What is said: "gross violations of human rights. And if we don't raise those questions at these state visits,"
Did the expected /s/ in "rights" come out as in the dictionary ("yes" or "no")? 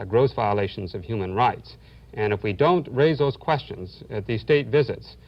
yes